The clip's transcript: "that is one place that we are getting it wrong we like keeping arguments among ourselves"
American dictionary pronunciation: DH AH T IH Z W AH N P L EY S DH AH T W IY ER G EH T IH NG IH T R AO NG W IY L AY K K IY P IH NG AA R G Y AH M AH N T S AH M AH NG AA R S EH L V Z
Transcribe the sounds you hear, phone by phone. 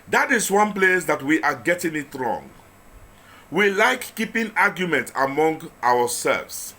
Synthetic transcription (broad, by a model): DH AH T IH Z W AH N P L EY S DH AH T W IY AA G EH T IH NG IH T R AO NG W IY L AY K K IY P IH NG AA G Y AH M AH N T AH M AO NG AA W S EH L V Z